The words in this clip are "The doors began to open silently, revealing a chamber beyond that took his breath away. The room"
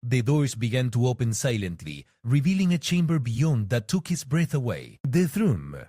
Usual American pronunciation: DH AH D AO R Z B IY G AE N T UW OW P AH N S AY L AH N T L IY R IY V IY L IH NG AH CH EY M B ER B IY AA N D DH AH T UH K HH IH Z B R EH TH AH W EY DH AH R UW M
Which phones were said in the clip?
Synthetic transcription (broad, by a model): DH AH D AO R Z B IY G AE N T UW OW P AH N S AY L AH N T L IY R IY V IY L IH NG AH CH EY M B ER B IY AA N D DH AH T UH K HH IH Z B R EH TH AH W EY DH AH R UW M